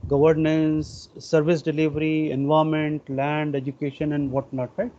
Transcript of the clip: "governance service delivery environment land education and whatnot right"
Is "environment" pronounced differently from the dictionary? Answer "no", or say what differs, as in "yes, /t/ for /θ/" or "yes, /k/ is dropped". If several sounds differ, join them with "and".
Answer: yes, /ɹ/ is dropped and /n/ is dropped